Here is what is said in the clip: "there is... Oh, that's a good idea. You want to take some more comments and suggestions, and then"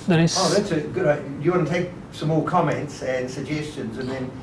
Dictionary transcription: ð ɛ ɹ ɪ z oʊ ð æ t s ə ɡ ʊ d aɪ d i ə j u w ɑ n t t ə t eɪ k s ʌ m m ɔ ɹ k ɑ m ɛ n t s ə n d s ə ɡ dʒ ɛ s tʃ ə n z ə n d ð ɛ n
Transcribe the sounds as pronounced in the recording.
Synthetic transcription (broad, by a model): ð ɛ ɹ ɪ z oʊ ð æ t s ə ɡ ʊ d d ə j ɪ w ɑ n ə t eɪ k s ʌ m m ɔ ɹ k ɑ m ɛ n t s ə n s ə ɡ dʒ ɛ s tʃ ə n z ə n ð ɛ n